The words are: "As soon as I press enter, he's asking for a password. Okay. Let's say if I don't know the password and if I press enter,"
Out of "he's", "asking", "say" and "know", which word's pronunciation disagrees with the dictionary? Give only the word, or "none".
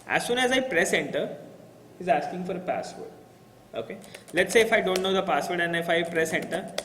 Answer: none